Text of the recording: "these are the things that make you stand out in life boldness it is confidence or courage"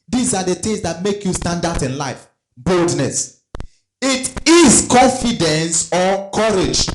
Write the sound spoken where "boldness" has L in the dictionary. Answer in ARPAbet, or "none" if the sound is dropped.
L